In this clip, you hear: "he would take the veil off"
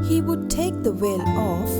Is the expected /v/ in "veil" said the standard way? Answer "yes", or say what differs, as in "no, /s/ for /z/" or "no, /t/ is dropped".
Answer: no, /w/ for /v/